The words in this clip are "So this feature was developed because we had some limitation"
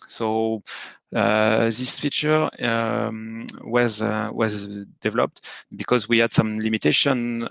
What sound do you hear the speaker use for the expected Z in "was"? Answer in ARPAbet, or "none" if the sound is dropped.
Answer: Z